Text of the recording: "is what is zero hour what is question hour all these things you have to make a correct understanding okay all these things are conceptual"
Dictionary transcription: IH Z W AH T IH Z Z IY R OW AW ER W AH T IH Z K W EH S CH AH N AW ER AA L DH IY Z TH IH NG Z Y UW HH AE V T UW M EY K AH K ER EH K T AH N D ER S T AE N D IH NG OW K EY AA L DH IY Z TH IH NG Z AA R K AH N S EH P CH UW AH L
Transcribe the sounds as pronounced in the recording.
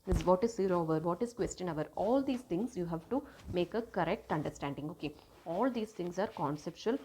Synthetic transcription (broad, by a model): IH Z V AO T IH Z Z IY R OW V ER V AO T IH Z K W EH S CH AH N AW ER AA L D IY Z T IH NG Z Y UW HH AE V T UW M EY K AH K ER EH K T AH N D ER S T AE N D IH NG OW K EY AA L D IY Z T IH NG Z AA R K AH N S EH P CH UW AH L